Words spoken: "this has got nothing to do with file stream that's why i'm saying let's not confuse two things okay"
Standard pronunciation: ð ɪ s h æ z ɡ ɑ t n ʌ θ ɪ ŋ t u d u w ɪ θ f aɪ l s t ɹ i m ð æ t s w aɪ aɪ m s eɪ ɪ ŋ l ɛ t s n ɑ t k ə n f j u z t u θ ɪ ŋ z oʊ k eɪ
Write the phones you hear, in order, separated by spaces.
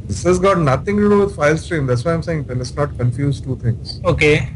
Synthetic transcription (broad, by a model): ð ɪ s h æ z ɡ ɑ t n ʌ t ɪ ŋ t u d u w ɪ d f aɪ l s t ɹ i m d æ t s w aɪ aɪ m s eɪ ɪ ŋ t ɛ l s n ɑ t k ə n f j u z t u t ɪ ŋ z oʊ k eɪ